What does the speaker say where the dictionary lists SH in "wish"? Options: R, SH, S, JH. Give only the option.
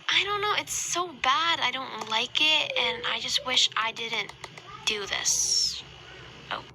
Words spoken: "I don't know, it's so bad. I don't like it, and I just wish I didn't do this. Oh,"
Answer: SH